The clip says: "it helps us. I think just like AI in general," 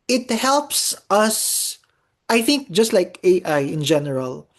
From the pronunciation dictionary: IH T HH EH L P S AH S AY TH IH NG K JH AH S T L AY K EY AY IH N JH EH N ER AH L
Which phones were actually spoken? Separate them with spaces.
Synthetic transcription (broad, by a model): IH T HH EH L P S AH S AY TH IH NG K JH AH S T L AY K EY AY IH N JH EH N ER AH L